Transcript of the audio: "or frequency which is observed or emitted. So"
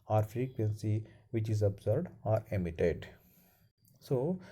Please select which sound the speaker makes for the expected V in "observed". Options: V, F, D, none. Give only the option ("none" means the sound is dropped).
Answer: none